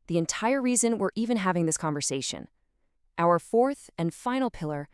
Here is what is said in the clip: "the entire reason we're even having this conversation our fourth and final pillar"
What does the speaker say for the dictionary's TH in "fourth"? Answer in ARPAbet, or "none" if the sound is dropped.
TH